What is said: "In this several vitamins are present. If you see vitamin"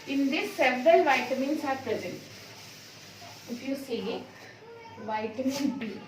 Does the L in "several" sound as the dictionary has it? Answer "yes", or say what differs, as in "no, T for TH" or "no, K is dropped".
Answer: yes